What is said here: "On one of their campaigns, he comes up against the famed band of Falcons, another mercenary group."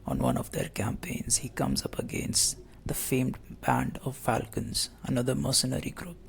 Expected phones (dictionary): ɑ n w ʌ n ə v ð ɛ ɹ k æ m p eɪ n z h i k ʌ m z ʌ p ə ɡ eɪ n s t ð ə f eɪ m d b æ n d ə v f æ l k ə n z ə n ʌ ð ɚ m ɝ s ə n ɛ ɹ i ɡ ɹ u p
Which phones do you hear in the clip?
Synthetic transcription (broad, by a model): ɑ n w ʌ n ə v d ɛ ɹ k æ m p eɪ n z h i k ʌ m z ʌ p ə ɡ eɪ n s t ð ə f eɪ m d b æ n d ə v f æ l k ə n z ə n ʌ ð ɚ m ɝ s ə n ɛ ɹ i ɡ ɹ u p